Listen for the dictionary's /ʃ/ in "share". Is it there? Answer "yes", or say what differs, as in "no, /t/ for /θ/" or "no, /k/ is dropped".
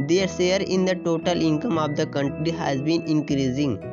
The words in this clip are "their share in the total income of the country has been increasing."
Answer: no, /s/ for /ʃ/